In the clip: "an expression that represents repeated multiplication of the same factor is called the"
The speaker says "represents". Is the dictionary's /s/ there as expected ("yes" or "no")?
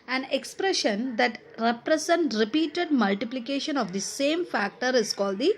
no